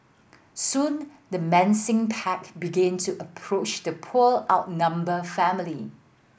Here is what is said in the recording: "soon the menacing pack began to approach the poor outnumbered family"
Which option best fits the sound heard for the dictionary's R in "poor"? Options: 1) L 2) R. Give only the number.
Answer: 1